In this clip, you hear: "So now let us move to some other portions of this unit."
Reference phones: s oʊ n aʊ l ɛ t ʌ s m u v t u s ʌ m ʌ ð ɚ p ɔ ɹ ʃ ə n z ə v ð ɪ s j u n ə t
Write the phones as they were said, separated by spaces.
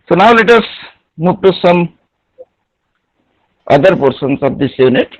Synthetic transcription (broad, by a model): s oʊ n aʊ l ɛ t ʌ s m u p t u s ʌ m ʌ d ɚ p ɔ ɹ s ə n s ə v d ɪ s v n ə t